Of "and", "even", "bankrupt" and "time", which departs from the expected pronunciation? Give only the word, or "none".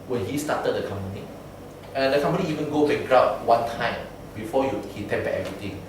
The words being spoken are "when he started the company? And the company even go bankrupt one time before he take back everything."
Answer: bankrupt